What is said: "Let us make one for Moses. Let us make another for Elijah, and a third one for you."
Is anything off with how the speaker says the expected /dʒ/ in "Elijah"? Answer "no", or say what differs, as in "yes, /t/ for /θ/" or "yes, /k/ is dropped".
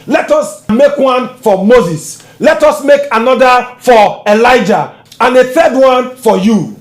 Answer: no